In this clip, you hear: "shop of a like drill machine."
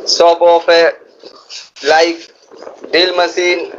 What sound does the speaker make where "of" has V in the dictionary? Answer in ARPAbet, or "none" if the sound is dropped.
P